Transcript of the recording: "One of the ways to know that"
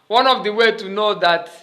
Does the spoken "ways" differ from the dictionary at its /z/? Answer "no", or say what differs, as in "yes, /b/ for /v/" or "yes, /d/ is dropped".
yes, /z/ is dropped